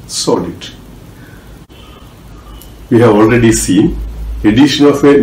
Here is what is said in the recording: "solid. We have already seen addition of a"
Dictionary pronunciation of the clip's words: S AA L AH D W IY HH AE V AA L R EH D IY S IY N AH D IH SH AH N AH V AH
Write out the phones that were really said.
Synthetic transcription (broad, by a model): S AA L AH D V IY HH AE V AA L R EH D IY S IY N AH D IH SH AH N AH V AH